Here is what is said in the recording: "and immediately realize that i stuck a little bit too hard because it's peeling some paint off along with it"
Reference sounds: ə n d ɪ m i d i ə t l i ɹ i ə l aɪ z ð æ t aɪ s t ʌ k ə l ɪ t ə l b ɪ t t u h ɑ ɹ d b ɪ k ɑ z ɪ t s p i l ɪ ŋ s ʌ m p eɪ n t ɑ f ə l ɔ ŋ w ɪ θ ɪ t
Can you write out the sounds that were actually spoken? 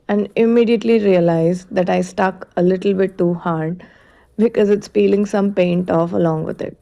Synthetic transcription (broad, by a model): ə n d ɪ m i d i ə t l i ɹ i ə l aɪ z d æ t aɪ s t ʌ k ə l ɪ t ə l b ɪ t t u h ɑ ɹ d b ɪ k ɑ z ɪ t s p i l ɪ ŋ s ʌ m p eɪ n t ɑ f ə l ɔ ŋ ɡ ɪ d ɪ t